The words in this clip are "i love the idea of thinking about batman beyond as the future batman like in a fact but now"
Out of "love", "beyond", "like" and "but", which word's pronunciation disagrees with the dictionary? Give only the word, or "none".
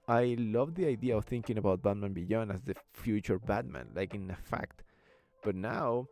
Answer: beyond